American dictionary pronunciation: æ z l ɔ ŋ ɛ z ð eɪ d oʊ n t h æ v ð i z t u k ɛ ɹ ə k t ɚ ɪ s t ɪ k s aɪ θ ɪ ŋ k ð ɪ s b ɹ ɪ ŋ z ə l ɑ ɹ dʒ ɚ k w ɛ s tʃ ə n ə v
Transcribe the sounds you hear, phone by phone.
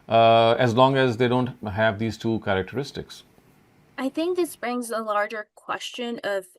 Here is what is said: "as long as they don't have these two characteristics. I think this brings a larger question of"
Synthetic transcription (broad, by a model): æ z l ɔ ŋ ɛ z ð eɪ d oʊ n t h æ v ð i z t u k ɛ ɹ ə k t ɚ ɪ s t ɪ k s aɪ θ ɪ ŋ k ð ɪ s b ɹ ɪ ŋ z ə l ɑ ɹ dʒ ɚ k w ɛ s tʃ ə n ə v